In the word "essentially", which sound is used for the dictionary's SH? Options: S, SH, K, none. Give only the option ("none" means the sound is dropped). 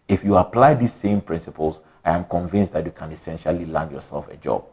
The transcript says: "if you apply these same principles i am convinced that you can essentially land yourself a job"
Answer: SH